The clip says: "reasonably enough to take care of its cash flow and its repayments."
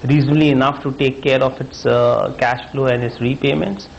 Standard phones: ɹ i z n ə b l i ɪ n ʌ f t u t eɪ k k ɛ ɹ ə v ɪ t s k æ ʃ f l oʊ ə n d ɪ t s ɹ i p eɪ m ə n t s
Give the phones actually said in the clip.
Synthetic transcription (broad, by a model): ɹ i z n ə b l i ɪ n ʌ f t u t eɪ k k ɛ ɹ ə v ɪ t s k æ ʃ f l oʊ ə n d ɪ t s ɹ i p eɪ m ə n t s